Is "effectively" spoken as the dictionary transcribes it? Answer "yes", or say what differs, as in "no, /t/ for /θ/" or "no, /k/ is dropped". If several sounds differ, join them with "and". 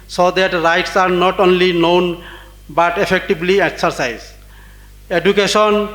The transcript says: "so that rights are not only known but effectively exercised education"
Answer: no, /b/ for /v/